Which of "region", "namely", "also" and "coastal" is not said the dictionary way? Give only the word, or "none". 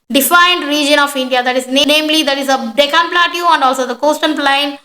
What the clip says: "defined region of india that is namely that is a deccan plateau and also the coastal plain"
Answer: coastal